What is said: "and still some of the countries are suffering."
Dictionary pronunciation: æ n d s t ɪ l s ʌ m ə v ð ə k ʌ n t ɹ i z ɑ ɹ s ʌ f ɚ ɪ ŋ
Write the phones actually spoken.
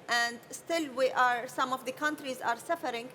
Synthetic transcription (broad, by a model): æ n d s t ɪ l s ʌ m ə v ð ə k ʌ n t ɹ i z ɑ ɹ s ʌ f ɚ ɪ ŋ